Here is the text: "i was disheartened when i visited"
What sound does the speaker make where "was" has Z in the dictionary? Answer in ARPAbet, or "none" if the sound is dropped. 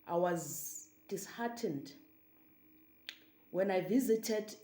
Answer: Z